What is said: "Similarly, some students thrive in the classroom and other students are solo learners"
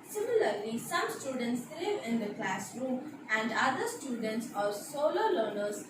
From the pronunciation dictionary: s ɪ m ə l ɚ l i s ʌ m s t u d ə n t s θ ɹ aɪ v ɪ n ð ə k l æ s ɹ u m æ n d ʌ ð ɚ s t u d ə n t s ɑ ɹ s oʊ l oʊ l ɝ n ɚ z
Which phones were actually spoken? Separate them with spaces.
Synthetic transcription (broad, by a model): s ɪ m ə l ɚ l i s ʌ m s t u d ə n t s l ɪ v ɪ n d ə k l æ s ɹ u m æ n d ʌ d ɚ s t u d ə n t s ɑ ɹ s oʊ l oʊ l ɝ n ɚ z